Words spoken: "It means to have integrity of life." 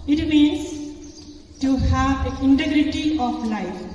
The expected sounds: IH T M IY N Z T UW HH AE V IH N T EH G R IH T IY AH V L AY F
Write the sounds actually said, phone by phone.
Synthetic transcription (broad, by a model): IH T M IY N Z T UW HH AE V IH N T EH G R IH T IY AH P L AY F